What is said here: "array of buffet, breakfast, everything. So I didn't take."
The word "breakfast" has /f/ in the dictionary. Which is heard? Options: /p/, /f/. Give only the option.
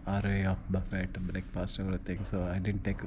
/p/